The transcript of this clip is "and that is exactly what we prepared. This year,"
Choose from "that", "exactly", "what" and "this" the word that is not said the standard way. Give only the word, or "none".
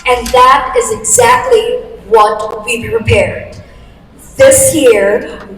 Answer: none